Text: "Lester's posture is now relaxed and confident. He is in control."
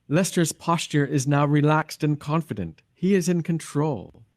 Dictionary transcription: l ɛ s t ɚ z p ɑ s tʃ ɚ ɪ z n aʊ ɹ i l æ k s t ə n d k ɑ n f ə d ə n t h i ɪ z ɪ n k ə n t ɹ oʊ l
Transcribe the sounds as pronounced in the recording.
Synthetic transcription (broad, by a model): l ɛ s t ɚ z p ɑ s tʃ ɚ ɪ z n aʊ ɹ i l æ k s t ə n k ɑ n f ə d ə n t h i ɪ z ɪ n k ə n t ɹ oʊ l